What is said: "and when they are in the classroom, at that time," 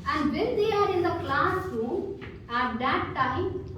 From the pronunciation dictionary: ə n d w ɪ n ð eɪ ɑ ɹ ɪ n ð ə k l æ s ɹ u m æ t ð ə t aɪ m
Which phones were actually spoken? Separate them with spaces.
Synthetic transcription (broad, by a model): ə n d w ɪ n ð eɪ ɑ ɹ ɪ n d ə k l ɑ s u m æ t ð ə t aɪ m